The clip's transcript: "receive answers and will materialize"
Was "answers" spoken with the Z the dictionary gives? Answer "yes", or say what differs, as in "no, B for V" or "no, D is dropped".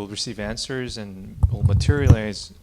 yes